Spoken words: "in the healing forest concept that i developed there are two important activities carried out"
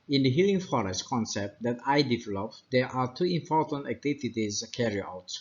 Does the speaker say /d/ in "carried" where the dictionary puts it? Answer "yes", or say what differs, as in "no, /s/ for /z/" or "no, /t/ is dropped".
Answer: no, /d/ is dropped